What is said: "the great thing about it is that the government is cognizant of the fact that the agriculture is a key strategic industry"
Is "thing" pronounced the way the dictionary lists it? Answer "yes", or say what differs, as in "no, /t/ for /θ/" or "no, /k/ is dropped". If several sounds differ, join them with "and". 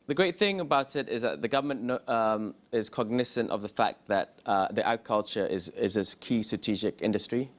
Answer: yes